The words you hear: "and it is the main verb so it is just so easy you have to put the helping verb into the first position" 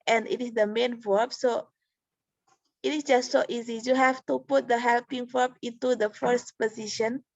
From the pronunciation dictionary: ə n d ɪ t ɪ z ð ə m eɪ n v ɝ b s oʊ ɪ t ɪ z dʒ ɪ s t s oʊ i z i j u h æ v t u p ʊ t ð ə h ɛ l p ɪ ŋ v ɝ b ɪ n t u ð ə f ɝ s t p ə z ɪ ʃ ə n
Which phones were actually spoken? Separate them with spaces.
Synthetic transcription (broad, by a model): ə n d ɪ t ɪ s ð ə m eɪ n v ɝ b s oʊ ɪ t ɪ s dʒ ɪ s t s oʊ i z i j u h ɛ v t u p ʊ t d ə h ɛ l p ɪ ŋ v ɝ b ɪ n t u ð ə f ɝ s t p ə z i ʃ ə n